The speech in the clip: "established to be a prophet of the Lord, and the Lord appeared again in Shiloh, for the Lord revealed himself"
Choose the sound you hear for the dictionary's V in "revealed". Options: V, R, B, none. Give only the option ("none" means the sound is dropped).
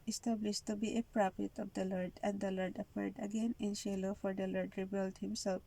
B